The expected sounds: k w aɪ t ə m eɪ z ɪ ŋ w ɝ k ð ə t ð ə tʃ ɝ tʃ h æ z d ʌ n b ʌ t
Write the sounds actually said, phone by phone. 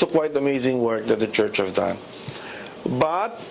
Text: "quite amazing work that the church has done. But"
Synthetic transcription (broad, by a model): k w aɪ t ə m eɪ z ɪ ŋ w ɝ k ð ə t ð ə tʃ ɝ tʃ h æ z d ʌ n b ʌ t